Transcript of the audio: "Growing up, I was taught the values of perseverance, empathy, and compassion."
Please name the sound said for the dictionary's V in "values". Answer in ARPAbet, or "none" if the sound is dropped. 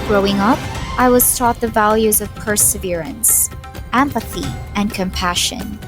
V